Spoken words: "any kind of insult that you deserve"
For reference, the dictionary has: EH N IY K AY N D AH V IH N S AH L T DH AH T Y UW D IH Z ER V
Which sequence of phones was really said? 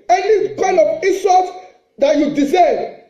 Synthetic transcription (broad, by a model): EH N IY K AY N D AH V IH S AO T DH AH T Y UW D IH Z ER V